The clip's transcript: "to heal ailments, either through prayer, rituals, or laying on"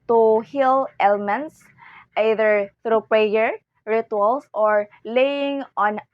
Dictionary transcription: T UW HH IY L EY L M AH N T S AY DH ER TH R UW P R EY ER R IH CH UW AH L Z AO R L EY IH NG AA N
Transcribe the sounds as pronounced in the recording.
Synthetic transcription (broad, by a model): T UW HH IY L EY L M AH N T S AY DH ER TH R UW P R EY ER R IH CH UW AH L S AO R L EY IH NG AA N